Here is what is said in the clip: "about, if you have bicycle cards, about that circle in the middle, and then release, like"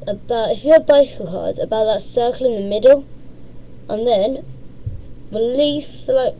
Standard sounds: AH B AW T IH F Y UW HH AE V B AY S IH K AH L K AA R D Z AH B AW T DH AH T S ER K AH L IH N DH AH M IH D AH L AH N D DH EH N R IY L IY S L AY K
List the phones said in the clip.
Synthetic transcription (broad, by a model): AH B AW T IH F Y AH B AY S IH K AH L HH AA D AH B AW T DH AH T S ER K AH L IH N DH AH M IH D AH L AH N DH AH N R IY L IY S L AY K